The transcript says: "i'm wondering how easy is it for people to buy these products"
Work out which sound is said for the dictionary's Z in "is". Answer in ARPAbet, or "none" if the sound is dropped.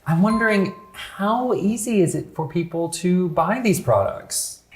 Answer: Z